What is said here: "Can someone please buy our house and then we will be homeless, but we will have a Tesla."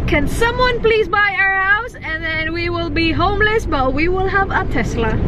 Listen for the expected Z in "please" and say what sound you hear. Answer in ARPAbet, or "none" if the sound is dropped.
Z